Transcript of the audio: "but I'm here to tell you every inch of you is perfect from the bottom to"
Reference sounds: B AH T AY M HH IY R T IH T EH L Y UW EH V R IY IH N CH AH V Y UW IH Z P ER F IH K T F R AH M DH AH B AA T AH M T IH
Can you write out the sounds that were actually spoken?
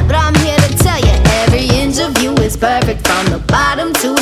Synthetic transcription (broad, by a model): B AH T AY M HH IY R T IH T EH L Y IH EH V R IY IH N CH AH V Y UW IH Z P ER F IH K T F R AH M DH AH B AA T AH M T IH